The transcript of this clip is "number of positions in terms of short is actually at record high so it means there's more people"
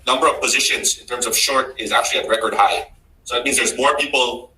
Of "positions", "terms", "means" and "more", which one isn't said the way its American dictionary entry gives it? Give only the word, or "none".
none